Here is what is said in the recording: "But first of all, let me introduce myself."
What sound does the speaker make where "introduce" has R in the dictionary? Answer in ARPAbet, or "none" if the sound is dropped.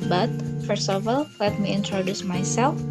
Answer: R